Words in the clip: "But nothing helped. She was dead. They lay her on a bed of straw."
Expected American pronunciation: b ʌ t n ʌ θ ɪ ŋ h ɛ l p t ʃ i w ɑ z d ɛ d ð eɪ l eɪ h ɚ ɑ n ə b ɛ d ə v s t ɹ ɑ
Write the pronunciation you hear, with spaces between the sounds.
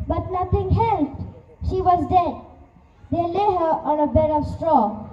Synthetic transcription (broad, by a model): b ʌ t n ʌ t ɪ ŋ h ɛ l p t ʃ i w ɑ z d ɛ d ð eɪ l eɪ h ɚ ɑ n ə b ɛ d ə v s t ɹ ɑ